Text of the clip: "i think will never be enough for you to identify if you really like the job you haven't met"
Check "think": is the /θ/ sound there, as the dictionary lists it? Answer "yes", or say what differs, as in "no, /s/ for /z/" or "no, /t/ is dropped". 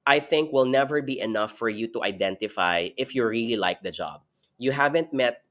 yes